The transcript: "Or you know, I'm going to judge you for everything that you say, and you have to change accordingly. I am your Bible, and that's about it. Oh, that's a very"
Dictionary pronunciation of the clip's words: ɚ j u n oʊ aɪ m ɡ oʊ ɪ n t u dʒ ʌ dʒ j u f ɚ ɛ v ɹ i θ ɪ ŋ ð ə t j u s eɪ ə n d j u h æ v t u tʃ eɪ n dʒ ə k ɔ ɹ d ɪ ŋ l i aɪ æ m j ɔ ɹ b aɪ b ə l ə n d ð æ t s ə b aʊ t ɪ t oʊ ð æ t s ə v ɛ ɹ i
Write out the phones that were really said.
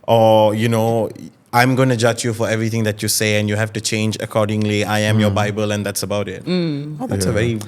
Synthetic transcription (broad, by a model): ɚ j u n oʊ aɪ m ɡ oʊ ɪ n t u dʒ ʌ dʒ j u f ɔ ɛ v ɹ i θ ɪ ŋ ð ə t j u s eɪ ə n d j u h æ f t u tʃ eɪ n dʒ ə k ɔ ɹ d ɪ ŋ l i aɪ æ m j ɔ b aɪ b ə l ə n d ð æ t s ə b aʊ t ɪ t oʊ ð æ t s ə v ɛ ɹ i